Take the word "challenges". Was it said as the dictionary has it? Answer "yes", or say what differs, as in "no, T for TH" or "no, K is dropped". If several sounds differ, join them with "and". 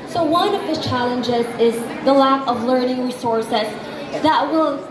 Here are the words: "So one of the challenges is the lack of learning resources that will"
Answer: yes